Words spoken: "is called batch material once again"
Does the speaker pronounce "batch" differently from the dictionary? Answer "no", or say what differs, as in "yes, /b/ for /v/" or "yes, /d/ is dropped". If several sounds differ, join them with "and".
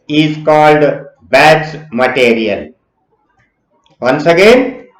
yes, /s/ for /tʃ/